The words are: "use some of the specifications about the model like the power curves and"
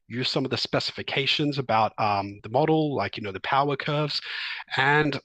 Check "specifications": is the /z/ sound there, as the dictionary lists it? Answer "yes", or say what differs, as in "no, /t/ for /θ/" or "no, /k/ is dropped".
yes